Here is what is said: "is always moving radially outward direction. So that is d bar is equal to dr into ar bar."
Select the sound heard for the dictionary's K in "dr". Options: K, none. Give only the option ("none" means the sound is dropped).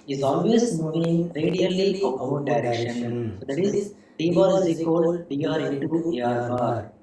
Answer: none